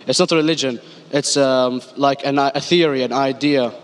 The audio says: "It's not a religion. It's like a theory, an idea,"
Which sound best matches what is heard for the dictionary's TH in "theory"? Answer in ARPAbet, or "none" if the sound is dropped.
TH